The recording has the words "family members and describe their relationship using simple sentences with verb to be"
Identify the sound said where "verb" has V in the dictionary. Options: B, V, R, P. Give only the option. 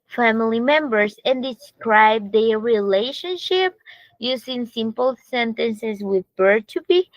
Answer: B